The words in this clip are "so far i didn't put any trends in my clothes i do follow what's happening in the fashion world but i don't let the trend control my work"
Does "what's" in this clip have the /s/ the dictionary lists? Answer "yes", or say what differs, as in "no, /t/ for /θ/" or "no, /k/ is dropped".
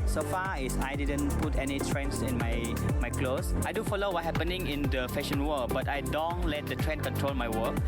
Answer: no, /s/ is dropped